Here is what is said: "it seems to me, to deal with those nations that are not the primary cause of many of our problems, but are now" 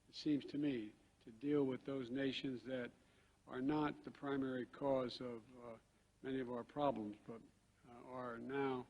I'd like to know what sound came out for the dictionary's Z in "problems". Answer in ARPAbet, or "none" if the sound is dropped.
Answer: Z